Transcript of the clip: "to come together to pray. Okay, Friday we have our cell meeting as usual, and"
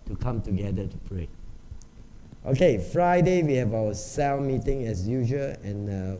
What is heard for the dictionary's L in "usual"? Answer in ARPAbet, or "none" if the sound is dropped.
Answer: N